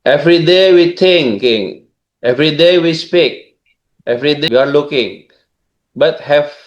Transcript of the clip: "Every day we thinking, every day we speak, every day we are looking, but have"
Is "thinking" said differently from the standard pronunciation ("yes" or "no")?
yes